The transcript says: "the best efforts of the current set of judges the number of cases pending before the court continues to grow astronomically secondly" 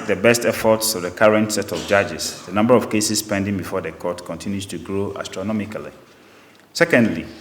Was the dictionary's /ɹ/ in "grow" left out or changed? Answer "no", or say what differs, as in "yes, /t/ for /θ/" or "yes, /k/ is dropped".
no